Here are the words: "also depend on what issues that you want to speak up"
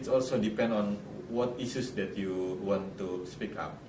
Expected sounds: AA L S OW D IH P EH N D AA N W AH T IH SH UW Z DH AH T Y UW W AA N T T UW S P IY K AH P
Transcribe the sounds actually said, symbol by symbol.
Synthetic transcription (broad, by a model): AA L S OW D IH P EH N D AA N W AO T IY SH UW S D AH T Y UW W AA N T T UW S P IY K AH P